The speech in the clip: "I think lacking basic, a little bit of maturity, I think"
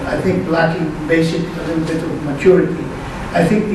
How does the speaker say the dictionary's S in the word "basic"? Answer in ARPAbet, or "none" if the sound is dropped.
none